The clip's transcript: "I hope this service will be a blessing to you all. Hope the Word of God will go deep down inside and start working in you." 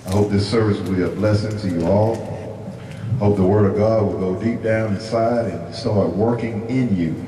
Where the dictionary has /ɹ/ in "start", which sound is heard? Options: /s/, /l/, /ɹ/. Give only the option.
/l/